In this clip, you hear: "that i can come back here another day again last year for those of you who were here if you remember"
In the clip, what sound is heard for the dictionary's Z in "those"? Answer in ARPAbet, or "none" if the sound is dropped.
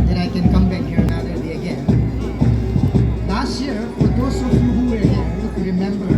S